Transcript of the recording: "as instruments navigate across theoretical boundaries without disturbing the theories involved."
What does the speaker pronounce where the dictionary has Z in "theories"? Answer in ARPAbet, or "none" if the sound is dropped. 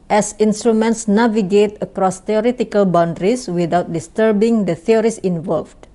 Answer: S